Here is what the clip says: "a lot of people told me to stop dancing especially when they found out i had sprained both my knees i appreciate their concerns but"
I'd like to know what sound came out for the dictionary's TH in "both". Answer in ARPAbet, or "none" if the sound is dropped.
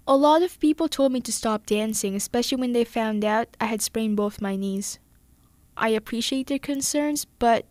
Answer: TH